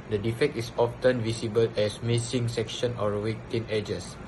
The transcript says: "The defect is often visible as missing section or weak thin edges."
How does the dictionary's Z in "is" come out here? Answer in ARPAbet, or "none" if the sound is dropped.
S